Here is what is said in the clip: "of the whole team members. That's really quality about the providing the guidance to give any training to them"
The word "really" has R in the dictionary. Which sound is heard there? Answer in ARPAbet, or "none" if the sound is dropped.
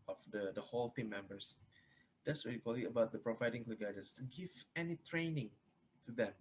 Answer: W